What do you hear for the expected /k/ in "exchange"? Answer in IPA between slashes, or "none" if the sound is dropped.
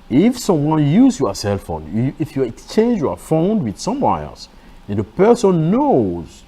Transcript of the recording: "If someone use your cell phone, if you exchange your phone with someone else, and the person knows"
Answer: /k/